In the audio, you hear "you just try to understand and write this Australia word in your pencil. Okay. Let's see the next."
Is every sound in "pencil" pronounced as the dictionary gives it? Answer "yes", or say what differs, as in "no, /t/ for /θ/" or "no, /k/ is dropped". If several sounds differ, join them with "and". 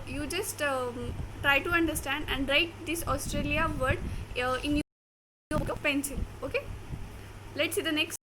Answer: no, /n/ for /l/